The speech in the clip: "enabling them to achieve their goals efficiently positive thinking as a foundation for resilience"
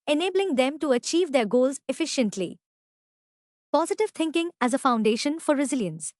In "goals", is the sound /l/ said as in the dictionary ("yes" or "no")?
yes